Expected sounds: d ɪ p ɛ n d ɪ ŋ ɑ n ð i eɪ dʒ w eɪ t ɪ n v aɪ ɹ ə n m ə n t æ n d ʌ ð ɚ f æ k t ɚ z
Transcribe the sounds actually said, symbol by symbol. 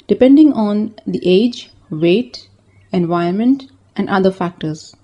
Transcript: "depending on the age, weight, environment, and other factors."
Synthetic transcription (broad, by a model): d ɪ p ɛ n d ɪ ŋ ɑ n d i eɪ dʒ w eɪ t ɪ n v aɪ ə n m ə n t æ n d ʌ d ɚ f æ k t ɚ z